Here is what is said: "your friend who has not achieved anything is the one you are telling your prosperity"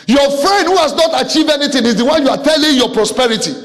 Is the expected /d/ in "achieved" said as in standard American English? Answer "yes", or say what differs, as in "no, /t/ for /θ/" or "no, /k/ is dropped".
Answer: no, /d/ is dropped